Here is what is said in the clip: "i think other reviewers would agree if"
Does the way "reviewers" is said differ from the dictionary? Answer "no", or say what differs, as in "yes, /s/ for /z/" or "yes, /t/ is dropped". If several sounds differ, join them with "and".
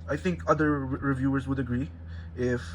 no